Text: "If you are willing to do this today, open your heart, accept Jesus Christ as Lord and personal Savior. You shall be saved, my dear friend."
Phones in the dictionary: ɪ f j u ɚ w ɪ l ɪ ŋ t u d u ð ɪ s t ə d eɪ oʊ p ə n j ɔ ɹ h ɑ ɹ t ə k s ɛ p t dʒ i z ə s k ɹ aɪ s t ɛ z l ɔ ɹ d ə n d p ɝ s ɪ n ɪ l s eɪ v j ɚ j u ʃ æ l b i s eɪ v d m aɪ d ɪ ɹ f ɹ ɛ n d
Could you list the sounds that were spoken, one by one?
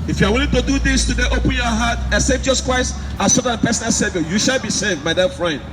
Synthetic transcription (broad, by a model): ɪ f j u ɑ w ɪ l ɪ ŋ t u d u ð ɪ s t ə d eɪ oʊ p ə n j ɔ h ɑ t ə s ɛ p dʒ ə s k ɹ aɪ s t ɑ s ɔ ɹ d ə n p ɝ s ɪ n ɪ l s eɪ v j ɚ j u ʃ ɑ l b i s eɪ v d m aɪ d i f ɹ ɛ n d